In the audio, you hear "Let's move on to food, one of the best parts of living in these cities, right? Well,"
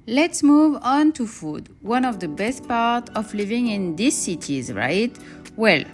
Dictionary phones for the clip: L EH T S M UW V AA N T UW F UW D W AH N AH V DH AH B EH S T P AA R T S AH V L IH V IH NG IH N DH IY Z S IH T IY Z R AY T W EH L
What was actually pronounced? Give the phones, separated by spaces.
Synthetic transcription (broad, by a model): L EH T S M UW V AA N T UW F UW D W AH N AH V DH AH B EH S T P AA R T AH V L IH V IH NG IH N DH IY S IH T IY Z R AY T W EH L